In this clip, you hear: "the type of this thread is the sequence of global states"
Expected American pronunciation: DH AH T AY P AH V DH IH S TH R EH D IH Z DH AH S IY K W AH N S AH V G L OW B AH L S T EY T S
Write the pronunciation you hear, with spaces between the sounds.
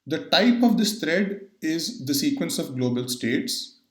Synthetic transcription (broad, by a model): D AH T AY P AH V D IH S T R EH D IH Z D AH S IY K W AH N S AH V G L OW B AH L S T EY T S